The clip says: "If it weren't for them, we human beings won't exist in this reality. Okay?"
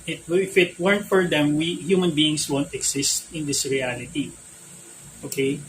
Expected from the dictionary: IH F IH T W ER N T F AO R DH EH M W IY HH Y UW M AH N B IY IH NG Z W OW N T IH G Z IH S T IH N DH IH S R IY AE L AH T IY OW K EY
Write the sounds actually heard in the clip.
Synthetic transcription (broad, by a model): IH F IH T W ER N T F AO R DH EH M W IY HH Y UW M AH N B IY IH NG S W OW N T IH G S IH S T IH N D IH S R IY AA L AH T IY OW K EY